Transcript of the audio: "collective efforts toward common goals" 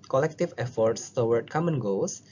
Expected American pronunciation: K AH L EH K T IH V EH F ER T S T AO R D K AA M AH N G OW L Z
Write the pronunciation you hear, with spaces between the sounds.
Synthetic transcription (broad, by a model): K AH L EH K T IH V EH F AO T S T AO W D K AA M AH N G OW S